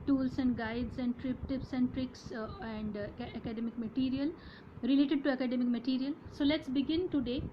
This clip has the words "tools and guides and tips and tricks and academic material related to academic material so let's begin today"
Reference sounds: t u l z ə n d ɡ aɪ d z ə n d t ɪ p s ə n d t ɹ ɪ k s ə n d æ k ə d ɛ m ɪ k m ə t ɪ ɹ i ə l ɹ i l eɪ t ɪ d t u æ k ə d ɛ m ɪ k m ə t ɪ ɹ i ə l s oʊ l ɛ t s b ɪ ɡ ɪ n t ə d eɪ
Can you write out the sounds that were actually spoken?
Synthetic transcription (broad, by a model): t u l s ə n d ɡ aɪ d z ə n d t ɪ p s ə n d t ɹ ɪ k s ə n d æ k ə d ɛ m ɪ k m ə t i ɹ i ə l ɹ i l eɪ t ɪ d t u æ k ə d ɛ m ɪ k m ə t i ɹ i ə l s oʊ l ɛ t s b ɪ ɡ ɪ n t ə d eɪ